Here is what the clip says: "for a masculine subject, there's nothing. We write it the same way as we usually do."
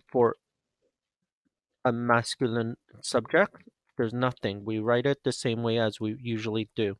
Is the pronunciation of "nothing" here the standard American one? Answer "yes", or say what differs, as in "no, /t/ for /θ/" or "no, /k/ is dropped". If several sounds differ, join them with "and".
yes